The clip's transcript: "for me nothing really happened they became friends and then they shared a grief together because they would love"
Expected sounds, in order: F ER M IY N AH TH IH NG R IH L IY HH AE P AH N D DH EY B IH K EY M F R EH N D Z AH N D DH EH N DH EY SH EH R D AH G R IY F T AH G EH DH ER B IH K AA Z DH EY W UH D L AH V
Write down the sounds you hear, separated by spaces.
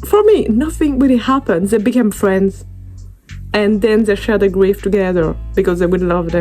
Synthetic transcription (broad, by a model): F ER M IY N AH TH IH NG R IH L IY HH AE P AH N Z DH EY B IH K EY M F R EH N D Z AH N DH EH N DH EY SH EH R D AH G R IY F T AH G EH DH ER B IH K AA Z DH EY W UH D L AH V